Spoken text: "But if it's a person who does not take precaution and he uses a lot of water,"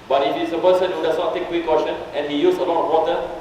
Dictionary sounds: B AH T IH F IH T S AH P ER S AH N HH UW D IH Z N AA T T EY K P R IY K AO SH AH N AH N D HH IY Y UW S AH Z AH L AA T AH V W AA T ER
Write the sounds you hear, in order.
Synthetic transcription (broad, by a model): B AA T IH F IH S AH P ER S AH N HH UW D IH S N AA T T EY K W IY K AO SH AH N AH N HH IY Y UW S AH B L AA AH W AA T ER